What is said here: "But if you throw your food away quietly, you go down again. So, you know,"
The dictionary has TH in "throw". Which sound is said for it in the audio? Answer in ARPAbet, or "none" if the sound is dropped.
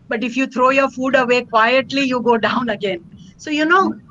T